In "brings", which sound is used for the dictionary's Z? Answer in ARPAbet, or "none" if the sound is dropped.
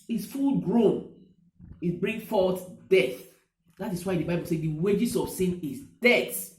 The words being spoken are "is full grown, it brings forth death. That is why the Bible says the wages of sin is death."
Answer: none